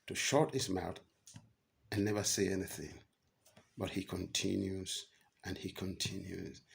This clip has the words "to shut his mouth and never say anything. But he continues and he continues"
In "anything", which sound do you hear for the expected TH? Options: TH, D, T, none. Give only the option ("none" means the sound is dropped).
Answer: TH